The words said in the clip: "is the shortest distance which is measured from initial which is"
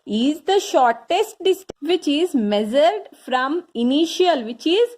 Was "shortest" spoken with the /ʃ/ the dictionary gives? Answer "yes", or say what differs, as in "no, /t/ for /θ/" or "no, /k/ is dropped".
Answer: yes